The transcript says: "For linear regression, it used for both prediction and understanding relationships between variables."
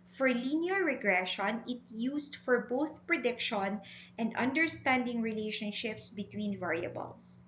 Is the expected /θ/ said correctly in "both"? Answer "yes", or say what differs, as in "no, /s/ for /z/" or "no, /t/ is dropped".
yes